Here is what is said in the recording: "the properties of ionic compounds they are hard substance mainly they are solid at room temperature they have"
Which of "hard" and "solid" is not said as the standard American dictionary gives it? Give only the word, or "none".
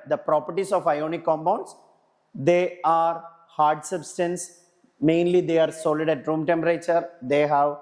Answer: none